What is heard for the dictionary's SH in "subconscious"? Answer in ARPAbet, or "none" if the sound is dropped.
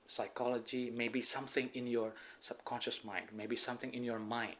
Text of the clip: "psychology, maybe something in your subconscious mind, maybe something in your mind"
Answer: SH